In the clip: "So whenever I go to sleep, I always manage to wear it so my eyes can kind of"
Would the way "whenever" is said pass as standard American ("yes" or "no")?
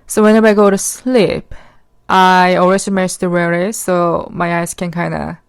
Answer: no